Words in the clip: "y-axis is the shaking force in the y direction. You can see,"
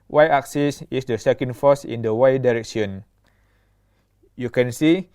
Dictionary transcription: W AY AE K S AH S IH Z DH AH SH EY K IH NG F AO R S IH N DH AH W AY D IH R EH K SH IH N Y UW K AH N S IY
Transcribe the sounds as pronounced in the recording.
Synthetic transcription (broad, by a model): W AY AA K S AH S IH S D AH S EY K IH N F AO S IH N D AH W AY D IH R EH K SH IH N Y UW K AH N S IY